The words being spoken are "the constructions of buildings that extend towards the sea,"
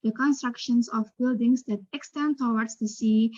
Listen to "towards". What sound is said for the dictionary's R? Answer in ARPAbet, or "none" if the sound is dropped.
W